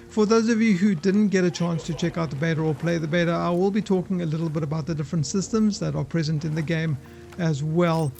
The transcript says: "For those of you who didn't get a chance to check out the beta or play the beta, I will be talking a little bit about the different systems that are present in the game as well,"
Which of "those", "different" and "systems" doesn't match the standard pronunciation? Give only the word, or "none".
none